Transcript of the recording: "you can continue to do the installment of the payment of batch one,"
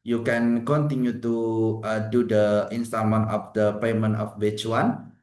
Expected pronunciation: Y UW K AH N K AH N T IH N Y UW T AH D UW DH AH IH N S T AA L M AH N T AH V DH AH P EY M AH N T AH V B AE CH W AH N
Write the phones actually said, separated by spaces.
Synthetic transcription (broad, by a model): Y UW K AH N K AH N T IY N Y UW T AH D UW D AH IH N S T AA M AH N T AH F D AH P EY M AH N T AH F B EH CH W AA N